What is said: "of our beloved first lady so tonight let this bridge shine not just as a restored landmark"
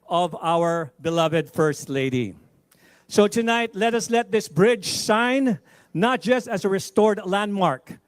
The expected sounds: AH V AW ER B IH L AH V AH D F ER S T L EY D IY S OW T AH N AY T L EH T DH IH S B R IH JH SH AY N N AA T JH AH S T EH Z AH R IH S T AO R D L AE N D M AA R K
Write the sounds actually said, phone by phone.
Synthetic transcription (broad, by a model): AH V AW ER B IH L AH V AH D F ER S T L EY D IY S OW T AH N AY T L EH T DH IH S B R IH JH S AY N N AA T JH AH S T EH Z AH R IH S T AO R D L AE N D M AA R K